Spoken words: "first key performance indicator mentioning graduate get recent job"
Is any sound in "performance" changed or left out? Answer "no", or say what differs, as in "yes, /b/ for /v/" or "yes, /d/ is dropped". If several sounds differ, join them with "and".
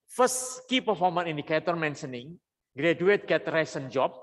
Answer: yes, /s/ is dropped